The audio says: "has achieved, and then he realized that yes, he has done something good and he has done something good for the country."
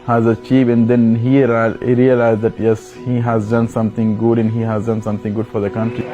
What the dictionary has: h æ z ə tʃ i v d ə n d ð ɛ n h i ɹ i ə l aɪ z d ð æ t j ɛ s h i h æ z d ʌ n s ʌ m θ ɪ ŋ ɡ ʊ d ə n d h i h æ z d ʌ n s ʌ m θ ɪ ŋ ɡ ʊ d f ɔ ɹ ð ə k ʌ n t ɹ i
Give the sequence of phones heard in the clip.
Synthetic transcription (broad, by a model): h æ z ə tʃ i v ə n d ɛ n h i ɹ i ə l aɪ z d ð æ t j ɛ s h i h æ z d ʌ n s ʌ m t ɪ ŋ ɡ ʊ d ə n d h i h æ z d ʌ n s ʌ m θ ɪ ŋ ɡ ʊ d f ɔ ɹ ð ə k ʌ n t ɹ i